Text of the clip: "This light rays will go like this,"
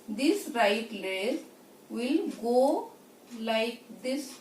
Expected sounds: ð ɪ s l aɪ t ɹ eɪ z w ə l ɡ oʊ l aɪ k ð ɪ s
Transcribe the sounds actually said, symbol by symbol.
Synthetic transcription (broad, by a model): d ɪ s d aɪ t l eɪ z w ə l ɡ oʊ l aɪ k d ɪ s